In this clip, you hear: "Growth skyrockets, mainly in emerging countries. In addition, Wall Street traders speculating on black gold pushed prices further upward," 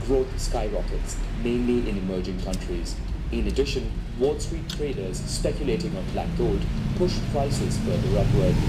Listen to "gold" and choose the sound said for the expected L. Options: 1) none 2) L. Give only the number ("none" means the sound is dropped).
1